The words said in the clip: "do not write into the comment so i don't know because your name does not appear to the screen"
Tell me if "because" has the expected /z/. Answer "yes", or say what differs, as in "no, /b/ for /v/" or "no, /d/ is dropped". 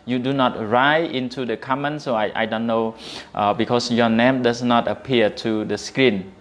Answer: no, /s/ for /z/